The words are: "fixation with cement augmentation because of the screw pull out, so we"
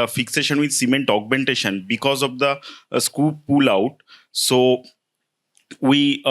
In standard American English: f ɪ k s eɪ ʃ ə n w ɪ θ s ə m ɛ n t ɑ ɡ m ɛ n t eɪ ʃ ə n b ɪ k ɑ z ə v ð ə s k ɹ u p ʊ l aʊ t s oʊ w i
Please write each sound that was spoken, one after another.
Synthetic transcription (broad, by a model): f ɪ k s eɪ ʃ ə n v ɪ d s ə m ɛ n t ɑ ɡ m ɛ n t eɪ ʃ ə n b ɪ k ɑ z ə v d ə s k u p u l aʊ t s oʊ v i